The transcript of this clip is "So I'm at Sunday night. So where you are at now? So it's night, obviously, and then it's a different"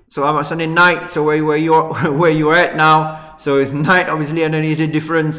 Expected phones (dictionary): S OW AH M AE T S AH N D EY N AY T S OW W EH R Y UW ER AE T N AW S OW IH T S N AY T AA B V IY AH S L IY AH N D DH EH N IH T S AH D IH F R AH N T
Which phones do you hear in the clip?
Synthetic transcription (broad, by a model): S OW AH M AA S AH N D EY N AY T S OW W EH W Y UW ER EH T N AW S OW IH T S N AY T AA B V IY AH S L IY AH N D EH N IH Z AH D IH F R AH N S